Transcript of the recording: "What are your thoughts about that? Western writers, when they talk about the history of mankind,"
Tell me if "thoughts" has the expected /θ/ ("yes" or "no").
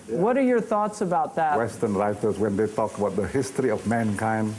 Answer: yes